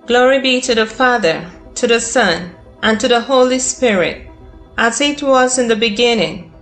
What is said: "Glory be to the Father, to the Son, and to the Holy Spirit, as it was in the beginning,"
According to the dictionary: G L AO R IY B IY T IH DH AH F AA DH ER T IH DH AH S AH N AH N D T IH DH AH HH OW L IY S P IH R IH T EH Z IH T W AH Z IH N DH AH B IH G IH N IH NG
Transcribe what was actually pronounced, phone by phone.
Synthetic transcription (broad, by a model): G L AO R IY B IY T IH DH AH F AA DH ER T IH DH AH S AH N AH N T IH DH AH HH OW L IY S P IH R IH T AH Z IH T W AH Z IH N DH AH B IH G IH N IH NG